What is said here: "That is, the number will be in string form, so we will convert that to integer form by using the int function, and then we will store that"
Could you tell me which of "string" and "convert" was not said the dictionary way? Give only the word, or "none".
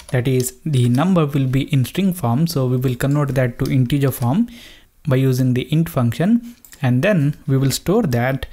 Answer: convert